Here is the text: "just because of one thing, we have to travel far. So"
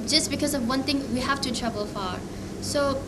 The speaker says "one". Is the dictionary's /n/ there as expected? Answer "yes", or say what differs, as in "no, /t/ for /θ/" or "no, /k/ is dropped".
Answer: yes